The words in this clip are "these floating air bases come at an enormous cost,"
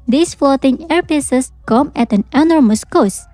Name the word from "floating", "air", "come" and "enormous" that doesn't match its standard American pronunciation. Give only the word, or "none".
floating